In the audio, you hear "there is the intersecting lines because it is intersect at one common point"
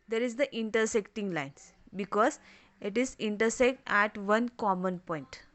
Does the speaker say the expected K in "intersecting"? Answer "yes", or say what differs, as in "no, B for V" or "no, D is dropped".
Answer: yes